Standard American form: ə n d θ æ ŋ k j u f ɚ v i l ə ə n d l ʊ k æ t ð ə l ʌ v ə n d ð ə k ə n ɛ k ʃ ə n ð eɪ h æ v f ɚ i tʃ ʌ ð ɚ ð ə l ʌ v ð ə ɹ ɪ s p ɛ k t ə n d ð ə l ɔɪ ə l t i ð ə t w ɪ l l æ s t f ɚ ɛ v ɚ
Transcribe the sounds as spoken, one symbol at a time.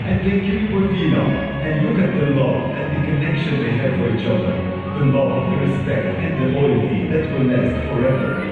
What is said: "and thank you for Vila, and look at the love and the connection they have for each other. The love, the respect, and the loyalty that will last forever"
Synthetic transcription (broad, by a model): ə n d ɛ k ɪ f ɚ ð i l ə ə n d l ʊ k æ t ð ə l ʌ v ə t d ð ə k ə n ɛ k ʃ ə n ð eɪ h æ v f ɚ i tʃ ʌ ð ɚ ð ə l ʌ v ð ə ɹ ɪ s p ɛ k t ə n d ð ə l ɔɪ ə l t i ð ə t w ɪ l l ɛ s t f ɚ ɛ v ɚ